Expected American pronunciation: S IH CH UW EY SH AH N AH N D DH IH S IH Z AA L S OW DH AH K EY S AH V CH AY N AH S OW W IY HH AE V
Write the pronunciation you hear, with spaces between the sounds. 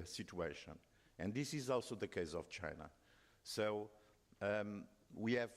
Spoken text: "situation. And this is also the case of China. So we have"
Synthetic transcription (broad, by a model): S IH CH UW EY SH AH N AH N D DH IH S IH Z AA L S OW DH AH K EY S AH V CH AY N AH S OW W IY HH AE V